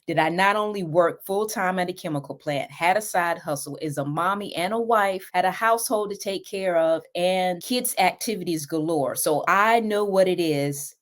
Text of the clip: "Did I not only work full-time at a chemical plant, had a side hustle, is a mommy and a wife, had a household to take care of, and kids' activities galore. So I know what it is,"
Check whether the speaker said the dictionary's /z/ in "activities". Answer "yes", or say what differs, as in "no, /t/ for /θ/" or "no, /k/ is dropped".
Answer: yes